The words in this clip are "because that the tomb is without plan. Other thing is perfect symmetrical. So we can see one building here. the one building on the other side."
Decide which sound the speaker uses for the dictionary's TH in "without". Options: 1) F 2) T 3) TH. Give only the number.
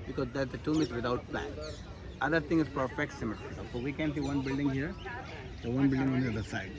2